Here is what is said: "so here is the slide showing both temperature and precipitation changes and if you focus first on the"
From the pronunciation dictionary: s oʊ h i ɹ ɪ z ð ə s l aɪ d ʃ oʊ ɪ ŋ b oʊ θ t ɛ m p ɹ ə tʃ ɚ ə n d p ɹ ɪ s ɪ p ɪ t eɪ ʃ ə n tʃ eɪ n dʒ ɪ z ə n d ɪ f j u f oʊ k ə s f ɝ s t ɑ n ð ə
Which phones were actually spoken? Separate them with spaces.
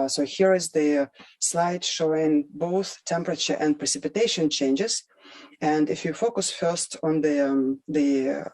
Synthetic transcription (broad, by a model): s oʊ h i ɹ ɪ z ð ə s l aɪ d ʃ oʊ ɪ ŋ b oʊ θ t ɛ m p ɹ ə tʃ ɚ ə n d p ɹ ɪ s ɪ p ɪ t eɪ ʃ ə n tʃ eɪ n dʒ ɪ z ə n d ɪ f j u f oʊ k ə s f ɝ s t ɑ n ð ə